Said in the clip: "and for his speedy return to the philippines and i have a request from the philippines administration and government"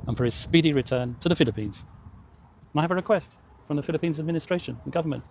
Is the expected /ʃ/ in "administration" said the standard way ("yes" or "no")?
no